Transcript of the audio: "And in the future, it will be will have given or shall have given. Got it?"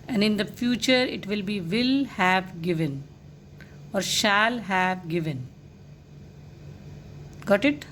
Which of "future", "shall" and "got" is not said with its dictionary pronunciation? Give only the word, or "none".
none